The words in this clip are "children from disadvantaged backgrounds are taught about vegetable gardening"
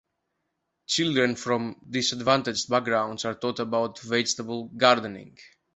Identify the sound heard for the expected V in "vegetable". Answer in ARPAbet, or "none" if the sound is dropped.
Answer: V